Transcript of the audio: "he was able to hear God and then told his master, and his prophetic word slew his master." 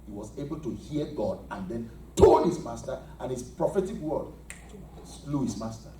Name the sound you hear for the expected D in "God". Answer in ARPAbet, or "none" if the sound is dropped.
D